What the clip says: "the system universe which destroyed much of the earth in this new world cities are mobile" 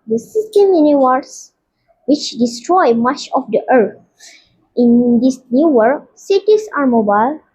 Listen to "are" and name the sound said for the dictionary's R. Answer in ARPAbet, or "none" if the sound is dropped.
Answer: R